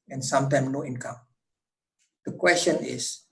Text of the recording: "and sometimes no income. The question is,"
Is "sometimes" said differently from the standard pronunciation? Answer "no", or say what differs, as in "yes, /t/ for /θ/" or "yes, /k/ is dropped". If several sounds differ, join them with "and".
yes, /z/ is dropped